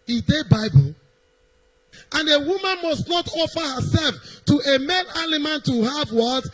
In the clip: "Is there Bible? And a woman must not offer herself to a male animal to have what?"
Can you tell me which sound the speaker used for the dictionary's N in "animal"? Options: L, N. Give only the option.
L